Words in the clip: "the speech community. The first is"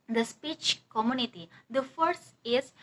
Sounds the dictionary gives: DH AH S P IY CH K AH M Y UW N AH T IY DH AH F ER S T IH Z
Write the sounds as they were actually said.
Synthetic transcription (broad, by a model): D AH S P IY CH K AH M Y UW N AH T IY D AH F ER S IH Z